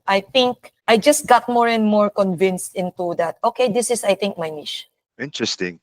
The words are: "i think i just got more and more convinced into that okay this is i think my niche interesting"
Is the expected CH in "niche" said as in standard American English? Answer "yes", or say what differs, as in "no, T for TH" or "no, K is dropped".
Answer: no, SH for CH